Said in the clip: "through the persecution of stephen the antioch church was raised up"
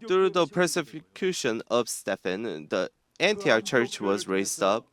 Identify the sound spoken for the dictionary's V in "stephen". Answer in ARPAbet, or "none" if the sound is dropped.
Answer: F